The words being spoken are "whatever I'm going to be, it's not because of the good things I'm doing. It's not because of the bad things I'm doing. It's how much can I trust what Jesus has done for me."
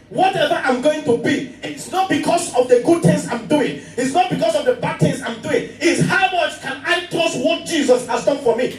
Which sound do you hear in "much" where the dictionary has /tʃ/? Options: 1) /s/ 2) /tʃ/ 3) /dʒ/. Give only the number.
1